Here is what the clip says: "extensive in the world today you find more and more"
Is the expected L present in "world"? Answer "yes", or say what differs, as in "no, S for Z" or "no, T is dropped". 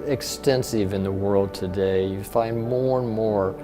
yes